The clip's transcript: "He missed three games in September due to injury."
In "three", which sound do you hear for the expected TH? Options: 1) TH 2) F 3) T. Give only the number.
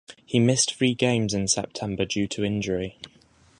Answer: 2